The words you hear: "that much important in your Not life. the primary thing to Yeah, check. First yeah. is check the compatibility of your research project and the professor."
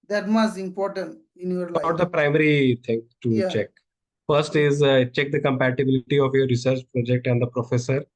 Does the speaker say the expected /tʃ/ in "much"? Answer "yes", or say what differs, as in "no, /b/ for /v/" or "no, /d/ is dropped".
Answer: no, /s/ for /tʃ/